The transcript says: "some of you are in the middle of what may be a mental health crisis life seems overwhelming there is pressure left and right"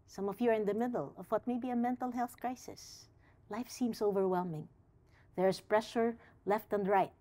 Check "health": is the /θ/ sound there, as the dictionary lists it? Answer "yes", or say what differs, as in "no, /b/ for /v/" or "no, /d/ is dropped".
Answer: yes